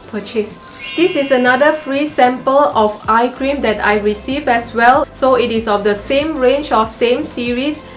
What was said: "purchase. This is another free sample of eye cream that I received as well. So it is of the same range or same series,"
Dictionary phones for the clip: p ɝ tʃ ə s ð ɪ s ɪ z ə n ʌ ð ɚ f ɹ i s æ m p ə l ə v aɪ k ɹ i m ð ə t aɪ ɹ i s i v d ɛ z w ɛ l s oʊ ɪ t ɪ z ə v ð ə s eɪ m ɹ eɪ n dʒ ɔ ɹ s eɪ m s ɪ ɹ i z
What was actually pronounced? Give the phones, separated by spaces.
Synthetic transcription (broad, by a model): p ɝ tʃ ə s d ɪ s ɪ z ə n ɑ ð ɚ f ɹ i s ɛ m p ə l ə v aɪ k ɹ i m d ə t aɪ ɹ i s i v ɛ s w ɛ l s oʊ ɪ t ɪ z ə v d ə s eɪ m ɹ eɪ n dʒ ɔ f s eɪ m s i ɹ i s